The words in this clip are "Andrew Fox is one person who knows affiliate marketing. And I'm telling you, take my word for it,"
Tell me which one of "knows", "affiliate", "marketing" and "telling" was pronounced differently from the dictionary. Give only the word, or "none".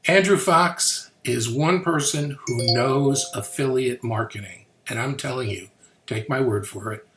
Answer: none